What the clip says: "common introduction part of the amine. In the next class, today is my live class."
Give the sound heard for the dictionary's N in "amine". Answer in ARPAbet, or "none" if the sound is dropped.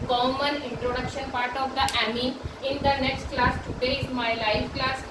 none